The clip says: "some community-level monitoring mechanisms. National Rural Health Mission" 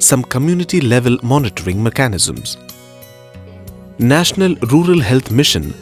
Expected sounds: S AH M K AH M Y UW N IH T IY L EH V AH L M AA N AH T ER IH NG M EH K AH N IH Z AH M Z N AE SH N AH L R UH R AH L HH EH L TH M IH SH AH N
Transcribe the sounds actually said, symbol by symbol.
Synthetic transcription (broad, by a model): S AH M K AH M Y UW N IH T IY L EH V AH L M AA N AH T ER IH NG M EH K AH N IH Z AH M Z N AE SH N AH L R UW R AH L HH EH L T M IH SH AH N